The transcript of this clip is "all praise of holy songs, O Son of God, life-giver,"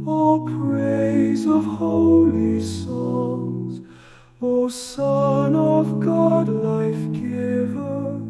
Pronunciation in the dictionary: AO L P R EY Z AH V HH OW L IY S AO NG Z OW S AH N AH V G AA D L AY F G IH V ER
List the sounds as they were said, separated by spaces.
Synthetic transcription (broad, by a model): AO P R EY Z AH V HH OW L IY S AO Z OW S AH N AH V G AA D L AY F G IH V ER